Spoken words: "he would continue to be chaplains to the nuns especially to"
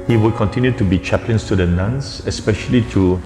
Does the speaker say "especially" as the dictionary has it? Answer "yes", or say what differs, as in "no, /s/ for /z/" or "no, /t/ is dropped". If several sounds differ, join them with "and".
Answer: yes